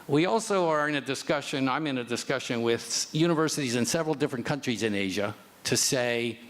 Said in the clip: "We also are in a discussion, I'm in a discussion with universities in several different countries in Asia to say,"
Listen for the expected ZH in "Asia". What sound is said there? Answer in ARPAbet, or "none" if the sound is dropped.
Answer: ZH